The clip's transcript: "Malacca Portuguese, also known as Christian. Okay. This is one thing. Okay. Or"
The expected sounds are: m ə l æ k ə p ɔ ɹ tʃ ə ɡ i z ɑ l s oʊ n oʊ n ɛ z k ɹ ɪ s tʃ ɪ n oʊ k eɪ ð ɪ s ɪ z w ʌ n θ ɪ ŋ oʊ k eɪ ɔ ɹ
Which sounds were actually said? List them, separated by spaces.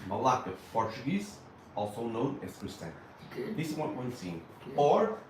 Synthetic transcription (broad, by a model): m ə l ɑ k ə p ɔ ɹ tʃ ə ɡ i z ɑ l s oʊ n oʊ n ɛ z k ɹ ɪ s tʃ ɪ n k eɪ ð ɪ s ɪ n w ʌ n s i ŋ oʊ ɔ ɹ